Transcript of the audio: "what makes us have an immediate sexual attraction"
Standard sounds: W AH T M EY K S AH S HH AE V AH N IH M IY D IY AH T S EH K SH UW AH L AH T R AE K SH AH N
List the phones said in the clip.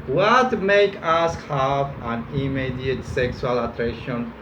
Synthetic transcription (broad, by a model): W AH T M EY K AA S HH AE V AH N IH M IY D IY AH T S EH K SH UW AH L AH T R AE K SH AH N